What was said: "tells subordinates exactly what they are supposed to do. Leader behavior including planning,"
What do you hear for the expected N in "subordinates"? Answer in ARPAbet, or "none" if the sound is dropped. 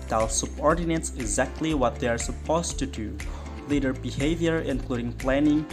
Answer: N